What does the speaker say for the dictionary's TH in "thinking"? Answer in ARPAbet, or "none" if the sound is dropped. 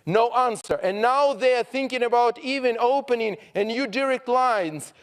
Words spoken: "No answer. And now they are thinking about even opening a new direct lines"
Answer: TH